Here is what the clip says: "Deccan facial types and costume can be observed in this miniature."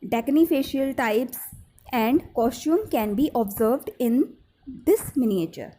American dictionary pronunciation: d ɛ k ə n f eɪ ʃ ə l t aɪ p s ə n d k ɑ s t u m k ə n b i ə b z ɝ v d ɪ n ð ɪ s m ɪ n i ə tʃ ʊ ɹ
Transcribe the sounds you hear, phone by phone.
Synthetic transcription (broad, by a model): d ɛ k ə n f eɪ ʃ ə l t aɪ p s ə n d k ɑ s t u m k ə n b i ə b z ɝ v d ɪ n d ɪ s m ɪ n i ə tʃ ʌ ɹ